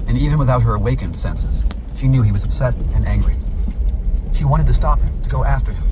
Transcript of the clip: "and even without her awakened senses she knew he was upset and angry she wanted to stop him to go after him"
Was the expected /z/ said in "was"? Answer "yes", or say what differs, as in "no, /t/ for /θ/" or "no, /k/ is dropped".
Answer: yes